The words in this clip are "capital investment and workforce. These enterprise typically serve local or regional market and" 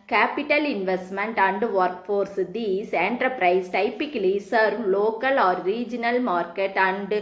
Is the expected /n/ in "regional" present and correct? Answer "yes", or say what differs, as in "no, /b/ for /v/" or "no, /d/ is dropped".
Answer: yes